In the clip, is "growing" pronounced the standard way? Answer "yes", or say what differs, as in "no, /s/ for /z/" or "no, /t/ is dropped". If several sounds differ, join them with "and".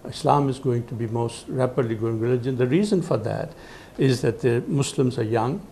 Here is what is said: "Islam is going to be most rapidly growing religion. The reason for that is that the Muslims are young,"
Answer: no, /ɹ/ is dropped